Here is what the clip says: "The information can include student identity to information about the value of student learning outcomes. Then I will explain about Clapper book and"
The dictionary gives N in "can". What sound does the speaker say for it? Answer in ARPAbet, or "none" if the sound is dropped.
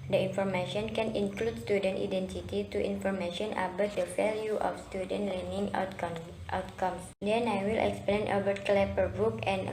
N